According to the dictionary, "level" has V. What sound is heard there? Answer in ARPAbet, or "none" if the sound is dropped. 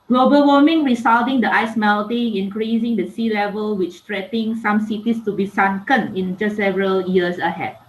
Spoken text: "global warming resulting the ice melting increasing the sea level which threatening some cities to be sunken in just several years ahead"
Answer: V